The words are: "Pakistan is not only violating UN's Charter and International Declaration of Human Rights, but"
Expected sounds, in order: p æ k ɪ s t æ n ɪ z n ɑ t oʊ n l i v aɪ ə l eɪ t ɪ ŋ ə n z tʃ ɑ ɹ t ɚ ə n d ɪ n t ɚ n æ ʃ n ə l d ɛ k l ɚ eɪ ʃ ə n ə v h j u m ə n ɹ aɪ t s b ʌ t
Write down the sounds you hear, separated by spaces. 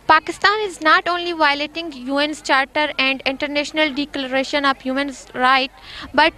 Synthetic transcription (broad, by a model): p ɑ k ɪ s t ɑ n ɪ z n ɑ t oʊ n l i v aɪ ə l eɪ t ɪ ŋ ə n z tʃ ɑ ɹ t ɚ ə n d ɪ n t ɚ n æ ʃ n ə l d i k l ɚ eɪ ʃ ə n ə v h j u m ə n ɹ aɪ t b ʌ t